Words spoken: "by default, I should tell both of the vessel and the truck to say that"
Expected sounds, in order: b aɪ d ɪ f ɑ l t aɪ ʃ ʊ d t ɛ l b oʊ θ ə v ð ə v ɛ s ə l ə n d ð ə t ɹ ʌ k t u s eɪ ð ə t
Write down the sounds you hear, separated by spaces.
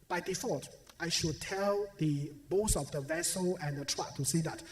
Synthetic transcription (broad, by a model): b aɪ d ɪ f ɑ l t aɪ ʃ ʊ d t ɛ l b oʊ s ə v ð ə v ɛ s ə l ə n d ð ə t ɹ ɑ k t u s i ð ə t